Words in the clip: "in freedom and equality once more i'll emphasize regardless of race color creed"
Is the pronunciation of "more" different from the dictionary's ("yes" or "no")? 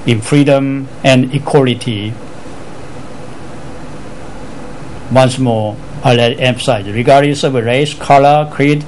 yes